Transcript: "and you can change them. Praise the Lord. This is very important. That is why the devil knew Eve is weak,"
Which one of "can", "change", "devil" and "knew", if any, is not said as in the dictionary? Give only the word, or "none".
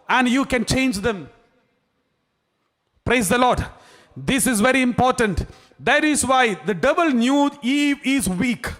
devil